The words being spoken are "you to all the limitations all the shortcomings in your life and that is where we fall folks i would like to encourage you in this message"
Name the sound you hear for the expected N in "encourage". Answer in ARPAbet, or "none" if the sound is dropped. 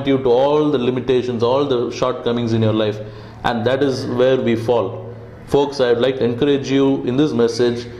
N